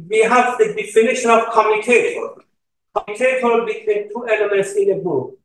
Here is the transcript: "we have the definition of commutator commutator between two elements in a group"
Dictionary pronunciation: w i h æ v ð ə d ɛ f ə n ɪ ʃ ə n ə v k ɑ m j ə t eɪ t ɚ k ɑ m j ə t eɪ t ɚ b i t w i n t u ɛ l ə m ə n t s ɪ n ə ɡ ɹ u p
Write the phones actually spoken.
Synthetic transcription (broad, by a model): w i h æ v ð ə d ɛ f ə n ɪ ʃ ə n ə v k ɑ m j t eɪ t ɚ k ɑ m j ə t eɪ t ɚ b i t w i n t u ɛ l ə m ə n t s ɪ n ə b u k